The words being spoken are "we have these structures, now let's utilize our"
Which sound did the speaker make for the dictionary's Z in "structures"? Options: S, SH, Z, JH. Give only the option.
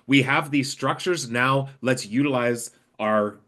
Z